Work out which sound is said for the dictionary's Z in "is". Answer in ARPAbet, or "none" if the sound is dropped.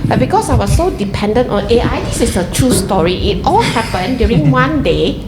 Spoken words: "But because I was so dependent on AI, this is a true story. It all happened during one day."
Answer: S